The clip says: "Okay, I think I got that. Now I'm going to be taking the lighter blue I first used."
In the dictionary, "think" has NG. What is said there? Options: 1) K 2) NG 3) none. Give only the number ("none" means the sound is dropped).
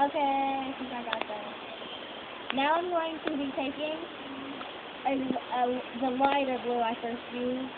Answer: 3